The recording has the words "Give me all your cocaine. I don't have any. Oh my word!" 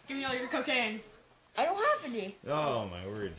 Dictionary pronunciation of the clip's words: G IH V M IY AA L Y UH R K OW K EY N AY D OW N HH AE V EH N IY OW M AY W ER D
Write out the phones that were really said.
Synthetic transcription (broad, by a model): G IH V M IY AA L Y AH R K OW K EY N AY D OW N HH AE P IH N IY OW M AY W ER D